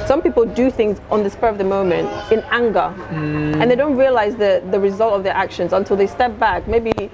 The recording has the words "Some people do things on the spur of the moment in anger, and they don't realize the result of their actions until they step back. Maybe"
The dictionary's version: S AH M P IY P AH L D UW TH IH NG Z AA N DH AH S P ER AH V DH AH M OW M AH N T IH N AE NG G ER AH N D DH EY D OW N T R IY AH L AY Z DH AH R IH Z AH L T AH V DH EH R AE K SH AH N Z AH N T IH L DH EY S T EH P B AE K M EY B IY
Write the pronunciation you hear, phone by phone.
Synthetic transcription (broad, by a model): S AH M P IY P AH L D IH TH IH NG Z N DH AH S P ER AH V DH AH M OW M AH N T IH N AE NG G ER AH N DH EY D OW N T R IY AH L AY Z DH AH R IH Z AH L T AH V DH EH R AE K SH AH N Z AH N T IH L DH EY S T EH P B AE K M EY B IY